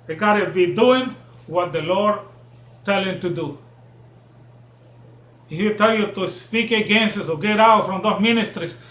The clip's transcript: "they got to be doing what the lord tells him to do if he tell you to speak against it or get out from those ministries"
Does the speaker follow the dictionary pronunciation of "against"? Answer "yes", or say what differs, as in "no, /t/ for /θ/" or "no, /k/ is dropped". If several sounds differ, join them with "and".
no, /t/ is dropped